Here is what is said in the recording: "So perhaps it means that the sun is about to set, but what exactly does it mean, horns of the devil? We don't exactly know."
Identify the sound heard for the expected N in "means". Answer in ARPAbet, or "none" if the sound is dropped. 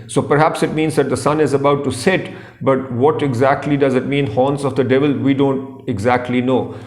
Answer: N